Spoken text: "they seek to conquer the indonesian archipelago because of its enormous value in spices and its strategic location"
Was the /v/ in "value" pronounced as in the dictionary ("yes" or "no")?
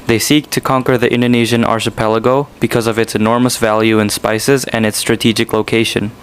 yes